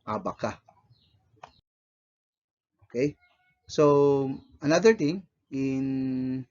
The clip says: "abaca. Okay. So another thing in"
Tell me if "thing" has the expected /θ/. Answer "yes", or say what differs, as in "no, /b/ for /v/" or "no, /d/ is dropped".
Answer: no, /t/ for /θ/